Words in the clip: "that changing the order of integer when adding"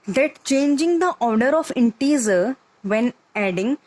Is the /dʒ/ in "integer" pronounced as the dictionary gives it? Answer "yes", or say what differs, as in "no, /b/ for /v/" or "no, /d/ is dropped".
no, /z/ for /dʒ/